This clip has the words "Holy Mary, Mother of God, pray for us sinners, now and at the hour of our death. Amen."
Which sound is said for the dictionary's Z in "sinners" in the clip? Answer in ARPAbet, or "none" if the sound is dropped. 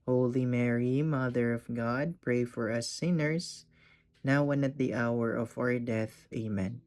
S